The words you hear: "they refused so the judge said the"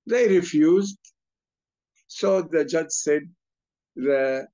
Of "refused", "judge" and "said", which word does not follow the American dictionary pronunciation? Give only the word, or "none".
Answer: none